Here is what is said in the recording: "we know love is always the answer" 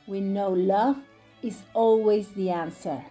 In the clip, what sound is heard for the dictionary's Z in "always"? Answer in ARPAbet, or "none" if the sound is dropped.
Z